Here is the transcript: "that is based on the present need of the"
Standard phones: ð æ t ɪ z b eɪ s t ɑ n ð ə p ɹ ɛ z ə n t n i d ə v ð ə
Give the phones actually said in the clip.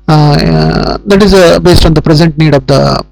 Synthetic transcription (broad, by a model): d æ t ɪ z b eɪ s t ɑ n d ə p ɹ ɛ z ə n t n i d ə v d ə